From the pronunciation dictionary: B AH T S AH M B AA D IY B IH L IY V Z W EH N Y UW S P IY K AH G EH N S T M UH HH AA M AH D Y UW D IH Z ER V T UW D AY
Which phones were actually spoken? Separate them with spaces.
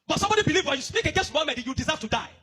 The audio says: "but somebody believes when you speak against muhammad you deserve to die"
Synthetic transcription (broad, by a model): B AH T S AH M B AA D IY B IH L IY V W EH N Y UW S P IY K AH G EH S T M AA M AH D Y UW D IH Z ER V T UW D AY